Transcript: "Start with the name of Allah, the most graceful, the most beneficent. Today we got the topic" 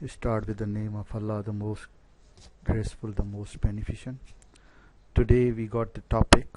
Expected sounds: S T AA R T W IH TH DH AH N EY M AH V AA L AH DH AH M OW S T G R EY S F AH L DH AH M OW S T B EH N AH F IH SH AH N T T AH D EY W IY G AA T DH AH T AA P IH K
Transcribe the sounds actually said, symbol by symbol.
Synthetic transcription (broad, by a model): S T AA R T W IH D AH N EY M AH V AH L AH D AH M OW S T G R EY S F AH L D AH M OW S T B EH N AH F IH SH AH N T T AH D EY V IY G AA T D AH T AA P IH K